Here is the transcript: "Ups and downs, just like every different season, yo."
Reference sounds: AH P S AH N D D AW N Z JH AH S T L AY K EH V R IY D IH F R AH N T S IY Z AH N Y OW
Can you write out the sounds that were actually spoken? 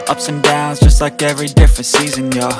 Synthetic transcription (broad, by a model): AH P S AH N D D AW N Z JH AH S T L AY K EH V R IY D IH F R AH N T S IY Z AH N Y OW